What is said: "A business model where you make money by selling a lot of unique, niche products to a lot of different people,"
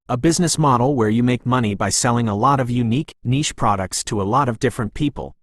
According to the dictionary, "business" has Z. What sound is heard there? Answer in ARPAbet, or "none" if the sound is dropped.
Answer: Z